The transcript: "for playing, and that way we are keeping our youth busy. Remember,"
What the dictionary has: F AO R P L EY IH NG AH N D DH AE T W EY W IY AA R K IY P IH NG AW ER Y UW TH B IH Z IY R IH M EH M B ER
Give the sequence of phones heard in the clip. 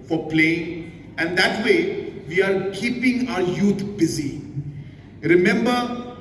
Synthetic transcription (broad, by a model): F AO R P L EY IH NG AH N D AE T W EY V IY AA R K IY P IH NG AW ER Y UW T B IH Z IY R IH M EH M B ER